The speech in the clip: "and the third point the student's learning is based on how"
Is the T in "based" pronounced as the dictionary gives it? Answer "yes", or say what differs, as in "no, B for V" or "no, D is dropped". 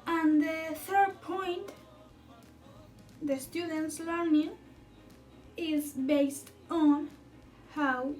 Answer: yes